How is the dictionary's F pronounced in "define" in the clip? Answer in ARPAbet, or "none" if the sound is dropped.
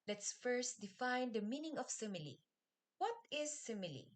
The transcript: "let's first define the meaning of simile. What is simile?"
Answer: F